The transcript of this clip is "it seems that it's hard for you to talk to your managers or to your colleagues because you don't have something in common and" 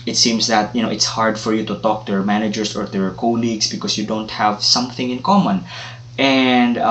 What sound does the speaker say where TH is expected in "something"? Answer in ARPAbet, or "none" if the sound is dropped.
TH